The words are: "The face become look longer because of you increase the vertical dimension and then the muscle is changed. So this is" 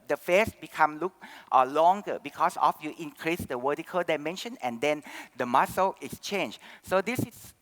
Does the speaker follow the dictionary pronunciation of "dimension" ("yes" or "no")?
yes